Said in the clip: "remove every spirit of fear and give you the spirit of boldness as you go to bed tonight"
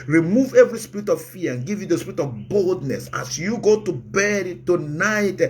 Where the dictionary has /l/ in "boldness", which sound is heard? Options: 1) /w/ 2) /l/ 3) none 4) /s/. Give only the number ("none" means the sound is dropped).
2